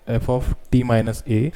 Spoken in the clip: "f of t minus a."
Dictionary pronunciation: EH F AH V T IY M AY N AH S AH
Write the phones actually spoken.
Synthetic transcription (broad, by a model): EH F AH F T IY M AY N AH S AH